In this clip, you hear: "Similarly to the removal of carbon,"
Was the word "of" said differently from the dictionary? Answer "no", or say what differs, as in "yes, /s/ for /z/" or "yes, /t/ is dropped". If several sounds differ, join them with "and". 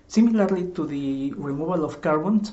yes, /f/ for /v/